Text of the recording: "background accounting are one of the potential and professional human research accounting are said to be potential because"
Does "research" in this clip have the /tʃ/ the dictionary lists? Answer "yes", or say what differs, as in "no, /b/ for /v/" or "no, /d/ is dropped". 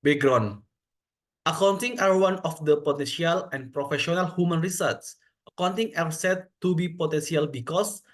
no, /s/ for /tʃ/